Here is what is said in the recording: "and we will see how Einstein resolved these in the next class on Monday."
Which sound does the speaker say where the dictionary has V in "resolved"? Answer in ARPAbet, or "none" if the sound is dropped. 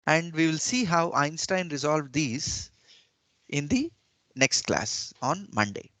V